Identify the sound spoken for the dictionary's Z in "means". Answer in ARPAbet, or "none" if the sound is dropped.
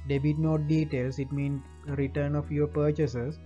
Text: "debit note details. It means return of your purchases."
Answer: none